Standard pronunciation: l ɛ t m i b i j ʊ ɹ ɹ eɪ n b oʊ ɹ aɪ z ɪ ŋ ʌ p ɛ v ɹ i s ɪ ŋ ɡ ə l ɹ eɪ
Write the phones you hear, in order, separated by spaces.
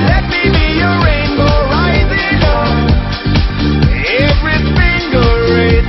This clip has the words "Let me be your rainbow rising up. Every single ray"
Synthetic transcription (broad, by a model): l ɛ t m i b i j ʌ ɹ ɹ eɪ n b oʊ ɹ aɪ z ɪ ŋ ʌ ɛ v ɹ i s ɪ ŋ ɡ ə l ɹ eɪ